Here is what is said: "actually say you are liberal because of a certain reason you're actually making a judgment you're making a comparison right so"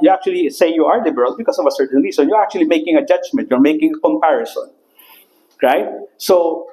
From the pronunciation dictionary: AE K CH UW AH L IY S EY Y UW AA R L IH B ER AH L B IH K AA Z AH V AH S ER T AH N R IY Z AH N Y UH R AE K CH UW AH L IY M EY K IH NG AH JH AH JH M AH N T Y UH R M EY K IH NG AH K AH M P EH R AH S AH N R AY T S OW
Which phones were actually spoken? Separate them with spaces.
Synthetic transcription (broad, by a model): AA K CH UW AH L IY S EY Y UW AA R L IH B ER AH L B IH K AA S AH V AH S ER T AH N R IY S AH N Y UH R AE K CH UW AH L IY M EY K IH NG AH JH AH JH M AH N T Y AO R M EY K IH NG AH K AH M P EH R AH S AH N R AY T S OW